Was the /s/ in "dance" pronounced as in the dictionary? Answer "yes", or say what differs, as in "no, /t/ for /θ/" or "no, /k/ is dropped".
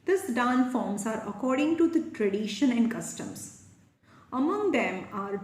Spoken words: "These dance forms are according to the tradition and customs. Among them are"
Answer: no, /s/ is dropped